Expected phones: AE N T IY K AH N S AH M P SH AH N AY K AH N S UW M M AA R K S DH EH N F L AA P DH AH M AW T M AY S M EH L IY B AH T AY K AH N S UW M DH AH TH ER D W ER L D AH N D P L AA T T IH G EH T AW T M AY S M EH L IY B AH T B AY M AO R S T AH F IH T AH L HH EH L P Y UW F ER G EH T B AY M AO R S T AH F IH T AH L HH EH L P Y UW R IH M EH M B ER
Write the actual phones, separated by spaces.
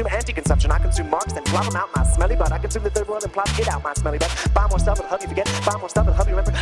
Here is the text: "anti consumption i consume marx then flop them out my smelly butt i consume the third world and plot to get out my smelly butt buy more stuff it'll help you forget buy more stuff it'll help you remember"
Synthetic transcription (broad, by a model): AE N T IY K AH N S AH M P SH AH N AY K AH N S UW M M AA R K S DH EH N P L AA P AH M AW T M AY S M EH L IY B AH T AY K AH N S UW M DH AH TH ER D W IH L AH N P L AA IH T AW T M AY S M EH L IY B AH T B AY M AO R S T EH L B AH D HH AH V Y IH F ER G EH T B AY M AO R S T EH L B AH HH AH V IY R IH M EH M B ER